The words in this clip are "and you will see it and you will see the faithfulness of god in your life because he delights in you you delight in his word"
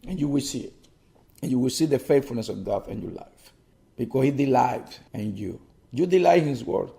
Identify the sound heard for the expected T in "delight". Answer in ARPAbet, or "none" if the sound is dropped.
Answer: none